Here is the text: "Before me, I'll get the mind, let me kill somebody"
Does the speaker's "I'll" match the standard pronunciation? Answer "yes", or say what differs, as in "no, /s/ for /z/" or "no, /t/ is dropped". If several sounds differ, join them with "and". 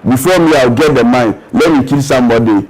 no, /w/ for /l/